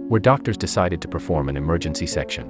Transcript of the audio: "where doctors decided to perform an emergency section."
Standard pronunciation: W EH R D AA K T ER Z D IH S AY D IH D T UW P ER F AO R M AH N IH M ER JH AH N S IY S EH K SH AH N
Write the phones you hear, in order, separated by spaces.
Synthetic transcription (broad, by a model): W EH R D AA K T ER Z D IH S AY D IH D T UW P ER F AO R M AH N IH M ER JH AH N S IY S EH K SH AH N